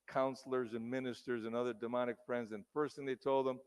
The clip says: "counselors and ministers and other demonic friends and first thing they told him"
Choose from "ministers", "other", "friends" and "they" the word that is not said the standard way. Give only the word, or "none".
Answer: none